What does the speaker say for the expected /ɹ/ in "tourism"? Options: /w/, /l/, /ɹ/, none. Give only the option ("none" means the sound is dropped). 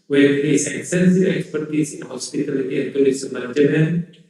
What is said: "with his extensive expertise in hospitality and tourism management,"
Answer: /l/